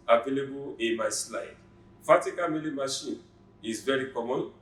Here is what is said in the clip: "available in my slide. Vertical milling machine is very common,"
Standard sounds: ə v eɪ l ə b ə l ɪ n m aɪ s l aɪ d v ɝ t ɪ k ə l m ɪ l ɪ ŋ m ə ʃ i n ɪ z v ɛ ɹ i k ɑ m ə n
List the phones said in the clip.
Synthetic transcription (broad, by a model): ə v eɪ l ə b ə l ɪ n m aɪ s l aɪ d f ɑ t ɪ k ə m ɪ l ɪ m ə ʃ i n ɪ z v ɛ ɹ i k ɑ m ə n